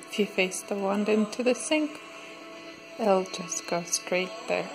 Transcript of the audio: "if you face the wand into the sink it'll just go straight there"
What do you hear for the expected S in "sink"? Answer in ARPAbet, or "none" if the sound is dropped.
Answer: S